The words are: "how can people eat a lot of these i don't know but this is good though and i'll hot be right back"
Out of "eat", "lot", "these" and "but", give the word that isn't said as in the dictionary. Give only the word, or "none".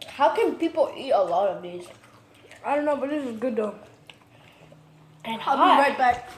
these